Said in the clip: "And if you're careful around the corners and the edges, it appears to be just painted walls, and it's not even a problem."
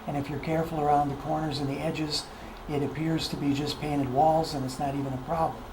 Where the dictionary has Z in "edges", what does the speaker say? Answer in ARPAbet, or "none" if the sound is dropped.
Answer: Z